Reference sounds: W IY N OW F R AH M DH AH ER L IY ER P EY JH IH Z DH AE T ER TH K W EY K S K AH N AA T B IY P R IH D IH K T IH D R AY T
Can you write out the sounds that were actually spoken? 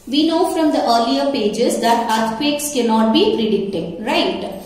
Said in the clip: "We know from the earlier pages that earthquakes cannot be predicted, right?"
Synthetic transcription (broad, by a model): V IY N OW F R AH M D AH ER L IY ER P EY JH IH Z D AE T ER T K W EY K S K AH N AA T B IY P R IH D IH K T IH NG R AY T